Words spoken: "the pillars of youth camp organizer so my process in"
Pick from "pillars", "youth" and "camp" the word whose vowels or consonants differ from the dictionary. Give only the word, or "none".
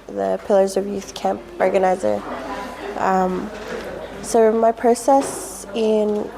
none